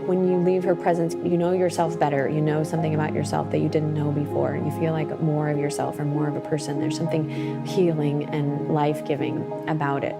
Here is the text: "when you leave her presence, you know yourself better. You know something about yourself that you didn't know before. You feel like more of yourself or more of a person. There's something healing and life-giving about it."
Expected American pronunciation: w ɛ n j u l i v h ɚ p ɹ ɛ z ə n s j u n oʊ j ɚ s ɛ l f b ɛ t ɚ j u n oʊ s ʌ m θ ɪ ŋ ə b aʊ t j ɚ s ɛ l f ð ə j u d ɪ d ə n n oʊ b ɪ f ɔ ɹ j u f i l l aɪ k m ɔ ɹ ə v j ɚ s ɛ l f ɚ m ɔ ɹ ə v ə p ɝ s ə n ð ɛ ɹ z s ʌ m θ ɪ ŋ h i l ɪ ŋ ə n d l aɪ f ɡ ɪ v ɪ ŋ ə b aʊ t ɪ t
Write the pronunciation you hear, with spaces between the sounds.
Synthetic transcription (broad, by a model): w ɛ n j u l i v h ɚ p ɹ ɛ z ə n s j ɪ n oʊ j ɚ s ɛ l f b ɛ t ɚ j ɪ n oʊ s ʌ m θ ɪ ŋ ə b aʊ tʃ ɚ s ɛ l f ð ə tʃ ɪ d ɪ d n n oʊ b ɪ f ɔ ɹ j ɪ f i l l aɪ k m ɔ ɹ ə v j ɚ s ɛ l f ɚ m ɔ ɹ ə v ə p ɝ s ə n ð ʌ ɹ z s ʌ m θ ɪ ŋ h i l ɪ ŋ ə n l aɪ f ɡ ɪ v ɪ ŋ ə b aʊ t ɪ t